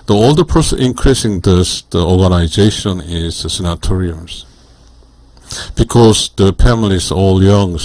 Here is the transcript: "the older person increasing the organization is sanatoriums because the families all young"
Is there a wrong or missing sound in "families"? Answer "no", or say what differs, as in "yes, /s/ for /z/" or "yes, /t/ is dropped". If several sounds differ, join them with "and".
yes, /s/ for /z/